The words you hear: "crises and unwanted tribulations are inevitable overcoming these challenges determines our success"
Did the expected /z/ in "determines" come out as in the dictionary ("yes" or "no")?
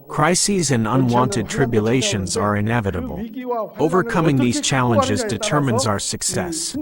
yes